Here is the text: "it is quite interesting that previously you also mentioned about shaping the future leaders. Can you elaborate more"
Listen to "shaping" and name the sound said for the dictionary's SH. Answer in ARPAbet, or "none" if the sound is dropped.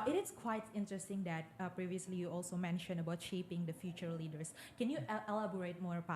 SH